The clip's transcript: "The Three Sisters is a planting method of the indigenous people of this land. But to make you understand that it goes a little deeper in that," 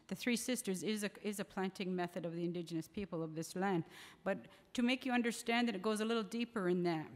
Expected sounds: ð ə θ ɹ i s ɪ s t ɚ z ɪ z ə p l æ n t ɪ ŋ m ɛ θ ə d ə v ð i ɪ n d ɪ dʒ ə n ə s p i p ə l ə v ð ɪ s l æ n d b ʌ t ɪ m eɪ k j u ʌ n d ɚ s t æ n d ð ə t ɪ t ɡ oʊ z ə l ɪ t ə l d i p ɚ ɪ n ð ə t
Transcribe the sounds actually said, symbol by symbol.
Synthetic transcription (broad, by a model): ð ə θ ɹ i s ɪ s t ɚ z ɪ z ə p l æ n t ɪ ŋ m ɛ θ ə d ə v ð i ɪ n d ɪ dʒ ə n ə s p i p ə l ə v ð ɪ s l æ n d b ʌ t ɪ m eɪ k j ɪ ʌ n d ɚ s t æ n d ð ə t ɪ t ɡ oʊ z ə l ɪ t l d i p ɚ ɪ n ð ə t